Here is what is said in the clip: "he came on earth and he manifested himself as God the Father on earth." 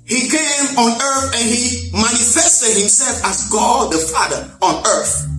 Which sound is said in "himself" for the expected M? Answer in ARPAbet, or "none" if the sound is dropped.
M